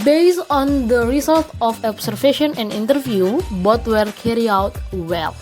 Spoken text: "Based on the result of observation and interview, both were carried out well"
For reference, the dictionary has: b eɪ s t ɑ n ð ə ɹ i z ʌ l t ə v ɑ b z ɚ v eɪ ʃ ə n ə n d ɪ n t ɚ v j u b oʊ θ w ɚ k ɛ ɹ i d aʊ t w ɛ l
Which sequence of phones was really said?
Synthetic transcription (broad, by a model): b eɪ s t ɑ n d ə ɹ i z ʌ l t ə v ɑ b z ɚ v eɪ ʃ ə n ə n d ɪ n t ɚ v j u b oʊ t w ɚ k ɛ ɹ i aʊ t w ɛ l